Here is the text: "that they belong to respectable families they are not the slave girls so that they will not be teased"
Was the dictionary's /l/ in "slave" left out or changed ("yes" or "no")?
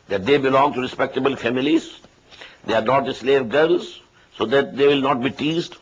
no